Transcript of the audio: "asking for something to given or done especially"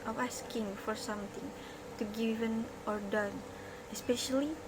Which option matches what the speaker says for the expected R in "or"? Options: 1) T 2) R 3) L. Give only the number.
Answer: 2